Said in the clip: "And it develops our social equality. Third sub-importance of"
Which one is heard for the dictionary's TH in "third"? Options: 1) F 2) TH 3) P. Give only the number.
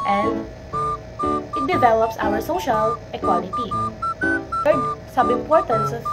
1